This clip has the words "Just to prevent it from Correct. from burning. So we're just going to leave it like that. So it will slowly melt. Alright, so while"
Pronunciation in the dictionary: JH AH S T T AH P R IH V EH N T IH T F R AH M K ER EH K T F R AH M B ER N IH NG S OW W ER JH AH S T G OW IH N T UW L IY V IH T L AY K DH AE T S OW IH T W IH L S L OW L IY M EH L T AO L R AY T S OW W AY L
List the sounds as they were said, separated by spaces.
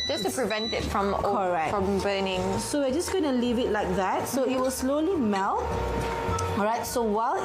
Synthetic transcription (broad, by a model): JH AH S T T AH P R IH V EH N T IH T F R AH M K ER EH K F R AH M B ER N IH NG S OW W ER JH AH S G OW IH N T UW L IY V IH T L AY K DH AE T S OW IH T W IH L S L OW L IY M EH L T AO R AY T S OW W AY L